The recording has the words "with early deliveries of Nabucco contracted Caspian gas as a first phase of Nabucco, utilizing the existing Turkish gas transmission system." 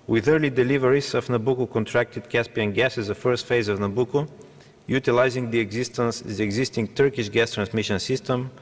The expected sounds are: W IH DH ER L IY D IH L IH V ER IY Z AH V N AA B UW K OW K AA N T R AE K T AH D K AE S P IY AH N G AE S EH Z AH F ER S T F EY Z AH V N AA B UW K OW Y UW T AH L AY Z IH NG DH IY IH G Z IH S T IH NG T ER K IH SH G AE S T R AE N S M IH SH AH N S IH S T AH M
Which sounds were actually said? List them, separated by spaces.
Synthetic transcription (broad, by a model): W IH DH ER L IY D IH L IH V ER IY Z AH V N AA B UW K OW K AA N T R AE K T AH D K AE S P IY AH N G AE S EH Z AH F ER S T F EY Z AH V N AA B UW K OW Y UW T AH L AY Z IH NG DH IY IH G Z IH S T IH NG T ER K IH SH G AE S T R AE N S M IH SH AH N S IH S T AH M